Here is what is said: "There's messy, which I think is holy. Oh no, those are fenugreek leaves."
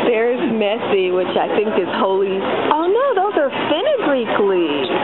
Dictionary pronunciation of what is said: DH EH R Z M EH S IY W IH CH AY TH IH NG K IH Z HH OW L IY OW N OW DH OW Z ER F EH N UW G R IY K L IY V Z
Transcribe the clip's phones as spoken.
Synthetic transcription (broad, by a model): DH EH R Z M EH S IY W IH CH AY TH IH NG K IH Z HH OW L IY OW N OW DH OW Z ER F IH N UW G R IY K L IY